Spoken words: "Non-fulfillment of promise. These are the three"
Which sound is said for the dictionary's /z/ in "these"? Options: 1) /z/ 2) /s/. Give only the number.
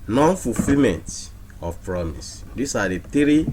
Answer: 2